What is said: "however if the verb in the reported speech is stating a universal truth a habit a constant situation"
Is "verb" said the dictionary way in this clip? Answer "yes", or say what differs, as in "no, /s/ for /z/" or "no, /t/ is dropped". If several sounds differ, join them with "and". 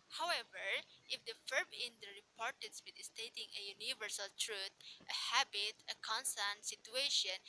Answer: no, /f/ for /v/